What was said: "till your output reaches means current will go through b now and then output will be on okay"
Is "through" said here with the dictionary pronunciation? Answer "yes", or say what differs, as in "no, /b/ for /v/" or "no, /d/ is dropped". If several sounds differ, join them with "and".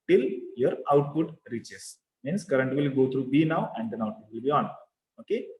no, /t/ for /θ/